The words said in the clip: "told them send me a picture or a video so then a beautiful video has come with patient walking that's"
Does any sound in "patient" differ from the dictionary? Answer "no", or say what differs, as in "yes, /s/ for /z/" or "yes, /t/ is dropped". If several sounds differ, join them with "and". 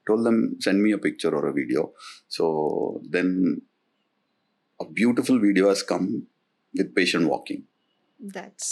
no